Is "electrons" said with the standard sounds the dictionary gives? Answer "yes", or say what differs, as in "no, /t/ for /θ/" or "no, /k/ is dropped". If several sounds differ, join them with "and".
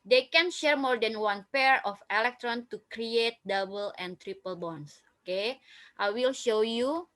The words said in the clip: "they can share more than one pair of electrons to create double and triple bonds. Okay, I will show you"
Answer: no, /z/ is dropped